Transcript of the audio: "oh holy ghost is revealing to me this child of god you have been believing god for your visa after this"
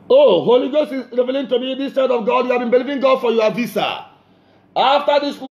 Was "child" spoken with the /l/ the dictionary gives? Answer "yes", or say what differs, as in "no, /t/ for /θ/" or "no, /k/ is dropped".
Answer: no, /l/ is dropped